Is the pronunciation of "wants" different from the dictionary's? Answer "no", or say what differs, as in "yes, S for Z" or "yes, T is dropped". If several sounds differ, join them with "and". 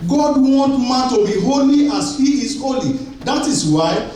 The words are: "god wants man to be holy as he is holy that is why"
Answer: yes, S is dropped